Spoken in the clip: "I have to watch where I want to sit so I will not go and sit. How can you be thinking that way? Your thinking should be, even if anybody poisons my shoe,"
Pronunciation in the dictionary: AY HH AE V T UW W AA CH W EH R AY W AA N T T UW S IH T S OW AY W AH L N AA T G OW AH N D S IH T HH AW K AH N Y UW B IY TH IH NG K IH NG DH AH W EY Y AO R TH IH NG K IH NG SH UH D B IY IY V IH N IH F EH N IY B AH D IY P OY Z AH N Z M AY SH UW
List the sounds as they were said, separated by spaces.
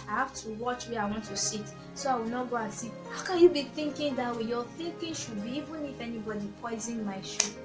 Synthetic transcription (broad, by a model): AY HH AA F T UW W AA CH W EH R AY W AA N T T UW S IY T S OW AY W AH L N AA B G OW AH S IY HH AW K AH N Y UW B IY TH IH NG K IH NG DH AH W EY Y AO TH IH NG K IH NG SH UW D B IY IY V IH N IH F EH N IY B AH D IY P OY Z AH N M AY SH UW